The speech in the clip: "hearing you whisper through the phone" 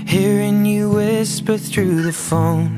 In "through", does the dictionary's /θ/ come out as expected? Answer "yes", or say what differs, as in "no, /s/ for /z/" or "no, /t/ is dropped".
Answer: yes